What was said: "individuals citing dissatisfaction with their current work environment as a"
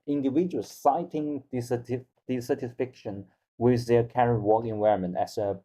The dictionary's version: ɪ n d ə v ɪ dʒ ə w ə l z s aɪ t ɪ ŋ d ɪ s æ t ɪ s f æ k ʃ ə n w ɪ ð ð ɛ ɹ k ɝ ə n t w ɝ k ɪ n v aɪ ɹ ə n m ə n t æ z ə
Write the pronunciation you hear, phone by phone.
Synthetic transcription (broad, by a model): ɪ n d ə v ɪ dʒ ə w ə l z s aɪ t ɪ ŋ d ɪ s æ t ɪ s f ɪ k ʃ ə n w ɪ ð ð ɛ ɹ k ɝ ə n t w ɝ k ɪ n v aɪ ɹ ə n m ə n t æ s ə